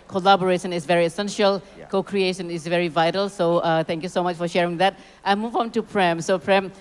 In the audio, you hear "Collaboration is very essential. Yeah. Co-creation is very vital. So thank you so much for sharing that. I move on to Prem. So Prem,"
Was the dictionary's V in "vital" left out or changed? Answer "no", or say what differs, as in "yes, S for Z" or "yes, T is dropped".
no